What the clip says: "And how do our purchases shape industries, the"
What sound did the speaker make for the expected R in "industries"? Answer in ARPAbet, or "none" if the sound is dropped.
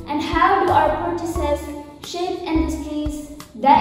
none